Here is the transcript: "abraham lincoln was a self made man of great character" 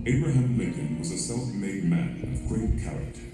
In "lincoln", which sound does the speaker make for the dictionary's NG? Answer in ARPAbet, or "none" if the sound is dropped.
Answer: none